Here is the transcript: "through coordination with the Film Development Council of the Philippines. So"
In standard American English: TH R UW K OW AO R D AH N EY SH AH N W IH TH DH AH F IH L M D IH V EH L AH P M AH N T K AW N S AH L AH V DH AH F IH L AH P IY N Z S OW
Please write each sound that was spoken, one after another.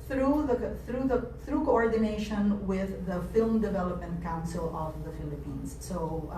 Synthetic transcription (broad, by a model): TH R UW K OW AO R D AH N EY SH AH N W IH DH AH F IH L M D IH V EH L AH P M AH N T K AW N S AH L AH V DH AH F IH L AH P IY N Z S OW